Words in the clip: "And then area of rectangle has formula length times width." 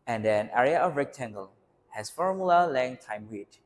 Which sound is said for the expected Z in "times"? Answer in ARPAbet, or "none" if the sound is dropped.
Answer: none